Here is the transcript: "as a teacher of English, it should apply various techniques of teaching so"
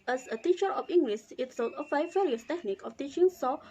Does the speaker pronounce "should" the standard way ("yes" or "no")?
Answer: no